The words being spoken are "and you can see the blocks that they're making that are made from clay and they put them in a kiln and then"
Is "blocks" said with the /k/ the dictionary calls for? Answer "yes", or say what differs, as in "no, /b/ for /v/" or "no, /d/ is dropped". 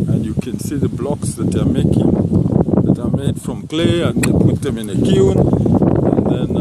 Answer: yes